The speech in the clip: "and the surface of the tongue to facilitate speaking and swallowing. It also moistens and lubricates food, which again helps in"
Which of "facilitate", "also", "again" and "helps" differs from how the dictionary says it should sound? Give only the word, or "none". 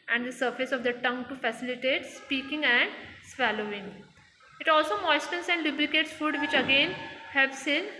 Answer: none